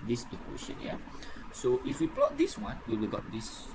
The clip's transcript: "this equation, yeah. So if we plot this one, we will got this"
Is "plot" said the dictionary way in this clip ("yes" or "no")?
yes